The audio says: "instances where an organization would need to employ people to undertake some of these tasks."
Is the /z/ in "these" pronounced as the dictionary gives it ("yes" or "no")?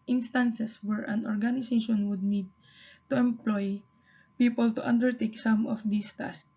no